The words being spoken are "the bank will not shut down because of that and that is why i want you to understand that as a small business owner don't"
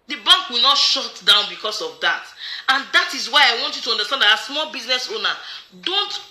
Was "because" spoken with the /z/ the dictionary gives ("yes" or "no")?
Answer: no